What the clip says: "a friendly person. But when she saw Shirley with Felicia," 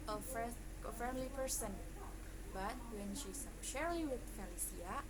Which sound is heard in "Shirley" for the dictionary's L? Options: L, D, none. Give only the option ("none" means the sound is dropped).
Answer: none